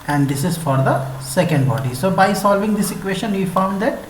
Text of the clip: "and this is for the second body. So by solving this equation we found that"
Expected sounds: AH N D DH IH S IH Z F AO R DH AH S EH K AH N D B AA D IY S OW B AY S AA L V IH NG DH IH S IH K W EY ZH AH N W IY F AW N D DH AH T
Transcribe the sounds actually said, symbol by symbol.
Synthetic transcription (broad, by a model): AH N D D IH S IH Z F AO R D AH S EH K AH N D B AA D IY S OW B AY S AA L V IH NG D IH S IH K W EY SH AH N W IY F AW N D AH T